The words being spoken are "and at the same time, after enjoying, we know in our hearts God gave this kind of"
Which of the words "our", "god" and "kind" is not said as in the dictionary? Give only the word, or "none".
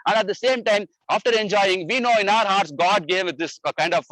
none